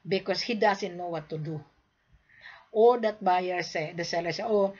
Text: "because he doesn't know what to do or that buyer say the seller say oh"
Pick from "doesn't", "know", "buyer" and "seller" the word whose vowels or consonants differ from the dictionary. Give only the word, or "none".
doesn't